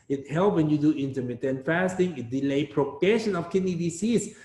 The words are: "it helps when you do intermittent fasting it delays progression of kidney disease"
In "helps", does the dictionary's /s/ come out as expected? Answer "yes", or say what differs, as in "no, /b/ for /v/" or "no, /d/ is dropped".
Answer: no, /s/ is dropped